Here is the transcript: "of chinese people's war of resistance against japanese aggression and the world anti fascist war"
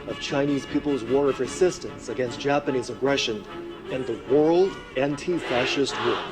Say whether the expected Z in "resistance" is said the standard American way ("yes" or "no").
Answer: no